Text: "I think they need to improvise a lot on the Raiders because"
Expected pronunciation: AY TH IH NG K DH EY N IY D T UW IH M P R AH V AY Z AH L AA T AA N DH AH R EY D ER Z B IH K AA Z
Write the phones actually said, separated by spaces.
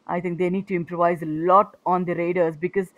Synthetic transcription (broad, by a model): AY T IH NG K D EY N IY D T UW IH M P R AH V AY Z AH L AA T AA N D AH R EY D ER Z B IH K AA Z